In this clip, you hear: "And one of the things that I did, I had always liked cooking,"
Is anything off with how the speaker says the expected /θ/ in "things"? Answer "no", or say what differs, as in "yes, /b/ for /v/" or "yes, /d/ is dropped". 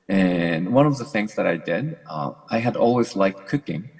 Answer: no